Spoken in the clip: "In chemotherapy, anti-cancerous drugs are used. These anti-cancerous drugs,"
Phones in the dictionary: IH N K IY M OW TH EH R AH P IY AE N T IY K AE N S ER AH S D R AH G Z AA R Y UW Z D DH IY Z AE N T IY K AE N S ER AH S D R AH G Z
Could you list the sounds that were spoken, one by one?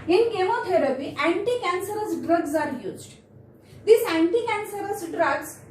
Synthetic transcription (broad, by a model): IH N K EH M OW T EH R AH P IY AE N T IY K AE N S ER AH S D R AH G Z AA R Y UW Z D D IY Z AE N T IY K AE N S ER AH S D R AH G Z